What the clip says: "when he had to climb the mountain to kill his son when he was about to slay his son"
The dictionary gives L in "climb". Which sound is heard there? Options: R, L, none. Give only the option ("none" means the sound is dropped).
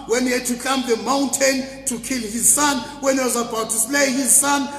none